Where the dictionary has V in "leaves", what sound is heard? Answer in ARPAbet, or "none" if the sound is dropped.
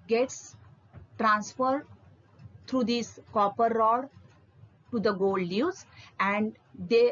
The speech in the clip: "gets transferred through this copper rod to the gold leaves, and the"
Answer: none